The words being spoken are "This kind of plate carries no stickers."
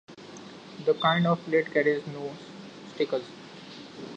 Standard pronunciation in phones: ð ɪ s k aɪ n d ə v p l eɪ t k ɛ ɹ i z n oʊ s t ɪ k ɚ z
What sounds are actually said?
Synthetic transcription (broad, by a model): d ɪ k aɪ n d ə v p l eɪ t k ɛ ɹ i z n oʊ s t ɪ k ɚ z